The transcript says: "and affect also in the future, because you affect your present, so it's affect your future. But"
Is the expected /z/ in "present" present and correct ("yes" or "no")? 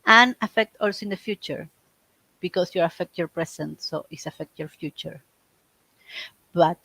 no